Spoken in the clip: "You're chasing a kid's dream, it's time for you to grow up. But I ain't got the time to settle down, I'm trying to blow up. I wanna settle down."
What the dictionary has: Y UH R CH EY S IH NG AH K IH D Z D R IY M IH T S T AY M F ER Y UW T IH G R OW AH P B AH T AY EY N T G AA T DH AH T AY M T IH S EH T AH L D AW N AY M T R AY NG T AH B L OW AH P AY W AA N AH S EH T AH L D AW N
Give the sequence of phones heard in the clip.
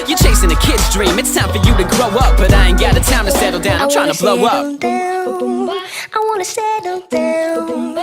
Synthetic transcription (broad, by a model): Y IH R CH EY S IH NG AH K IH D Z D R IY M IH T S T AY M F ER Y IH T IH G R OW AH P B AH T AY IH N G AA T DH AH T AY M T IH S EH T L D AW N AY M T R AY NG T AH B L OW AH P AY W AA N AH S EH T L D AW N